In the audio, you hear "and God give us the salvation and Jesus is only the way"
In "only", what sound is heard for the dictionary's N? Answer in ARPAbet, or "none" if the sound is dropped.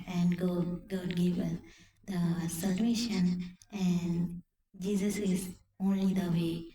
N